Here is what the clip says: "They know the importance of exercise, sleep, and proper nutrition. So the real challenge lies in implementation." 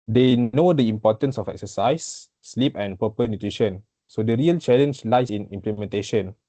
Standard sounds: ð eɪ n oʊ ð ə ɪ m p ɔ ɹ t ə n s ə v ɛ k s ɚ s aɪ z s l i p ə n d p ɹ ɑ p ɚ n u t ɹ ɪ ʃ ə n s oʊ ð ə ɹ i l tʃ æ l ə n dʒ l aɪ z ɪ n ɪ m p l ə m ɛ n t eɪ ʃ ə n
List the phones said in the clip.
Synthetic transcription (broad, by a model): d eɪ n oʊ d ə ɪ m p ɔ t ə n s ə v ɛ k s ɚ s aɪ s l i p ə n p ɑ p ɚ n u t ɹ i ʃ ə n s oʊ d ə ɹ i l tʃ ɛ l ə n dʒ l aɪ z ɪ n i m p l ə m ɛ n t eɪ ʃ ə n